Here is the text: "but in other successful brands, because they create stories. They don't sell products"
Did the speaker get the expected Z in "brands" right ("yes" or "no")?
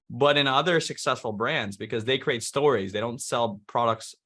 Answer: yes